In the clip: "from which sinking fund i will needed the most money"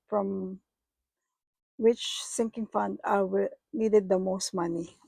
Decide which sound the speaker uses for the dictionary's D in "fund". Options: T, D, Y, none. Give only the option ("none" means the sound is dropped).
D